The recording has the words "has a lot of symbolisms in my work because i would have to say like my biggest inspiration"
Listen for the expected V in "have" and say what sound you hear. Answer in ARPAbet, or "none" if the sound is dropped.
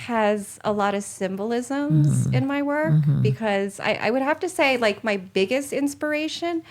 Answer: F